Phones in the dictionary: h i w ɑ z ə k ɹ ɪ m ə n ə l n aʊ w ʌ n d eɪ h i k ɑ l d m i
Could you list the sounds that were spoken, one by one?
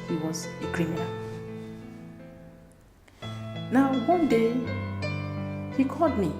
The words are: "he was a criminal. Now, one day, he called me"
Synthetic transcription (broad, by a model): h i w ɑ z ə k ɹ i m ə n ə n aʊ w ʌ n d eɪ h i k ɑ d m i